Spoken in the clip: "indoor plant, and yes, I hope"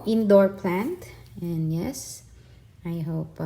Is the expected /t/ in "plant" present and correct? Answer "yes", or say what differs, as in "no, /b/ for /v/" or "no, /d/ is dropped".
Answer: yes